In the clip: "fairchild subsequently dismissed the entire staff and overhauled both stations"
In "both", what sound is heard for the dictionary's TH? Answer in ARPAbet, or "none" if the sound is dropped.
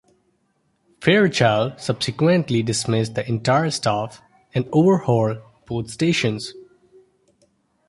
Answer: T